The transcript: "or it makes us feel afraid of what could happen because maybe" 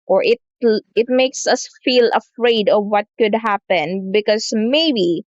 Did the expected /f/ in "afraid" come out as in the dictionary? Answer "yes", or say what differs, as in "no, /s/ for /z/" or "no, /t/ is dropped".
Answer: yes